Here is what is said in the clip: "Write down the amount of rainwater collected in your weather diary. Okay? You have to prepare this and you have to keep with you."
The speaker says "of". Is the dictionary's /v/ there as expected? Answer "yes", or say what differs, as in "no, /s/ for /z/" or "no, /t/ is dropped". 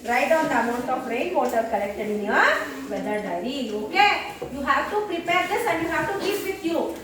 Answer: no, /p/ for /v/